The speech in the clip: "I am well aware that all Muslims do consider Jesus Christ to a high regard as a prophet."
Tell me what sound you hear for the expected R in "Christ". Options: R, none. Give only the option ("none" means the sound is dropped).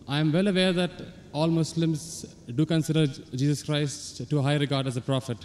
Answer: R